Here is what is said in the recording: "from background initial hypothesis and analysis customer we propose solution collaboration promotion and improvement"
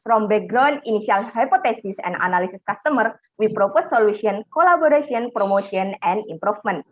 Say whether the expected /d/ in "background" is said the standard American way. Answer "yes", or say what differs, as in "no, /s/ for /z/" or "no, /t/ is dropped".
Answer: no, /d/ is dropped